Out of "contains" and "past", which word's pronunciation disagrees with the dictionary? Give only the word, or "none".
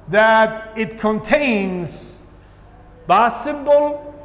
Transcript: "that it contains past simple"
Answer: past